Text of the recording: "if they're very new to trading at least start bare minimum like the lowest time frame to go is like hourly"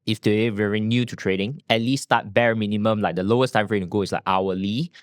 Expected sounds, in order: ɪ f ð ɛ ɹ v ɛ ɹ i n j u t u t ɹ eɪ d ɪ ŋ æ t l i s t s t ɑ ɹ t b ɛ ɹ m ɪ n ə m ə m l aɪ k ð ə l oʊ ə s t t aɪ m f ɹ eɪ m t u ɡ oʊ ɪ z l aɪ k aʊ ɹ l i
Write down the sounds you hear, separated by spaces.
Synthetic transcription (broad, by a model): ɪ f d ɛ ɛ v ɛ ɹ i n j u t u t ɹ eɪ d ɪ ŋ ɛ t l i s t s t ɑ t b ɛ ɹ m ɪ n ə m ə m l aɪ k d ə l oʊ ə s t t aɪ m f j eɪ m t u ɡ oʊ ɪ s l aɪ k aʊ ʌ l i